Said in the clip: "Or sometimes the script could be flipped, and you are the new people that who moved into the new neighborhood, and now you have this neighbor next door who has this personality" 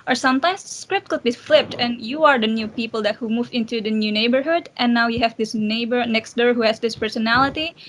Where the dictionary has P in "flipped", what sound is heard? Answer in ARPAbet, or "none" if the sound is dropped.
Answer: P